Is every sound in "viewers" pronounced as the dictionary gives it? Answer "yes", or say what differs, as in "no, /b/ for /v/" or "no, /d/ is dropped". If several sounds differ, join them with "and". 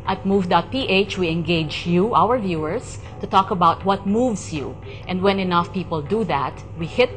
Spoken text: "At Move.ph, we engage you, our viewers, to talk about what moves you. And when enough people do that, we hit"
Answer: no, /s/ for /z/